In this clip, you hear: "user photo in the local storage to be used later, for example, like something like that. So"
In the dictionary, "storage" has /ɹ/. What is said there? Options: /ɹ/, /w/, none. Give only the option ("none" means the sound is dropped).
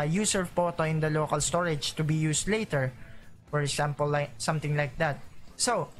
/ɹ/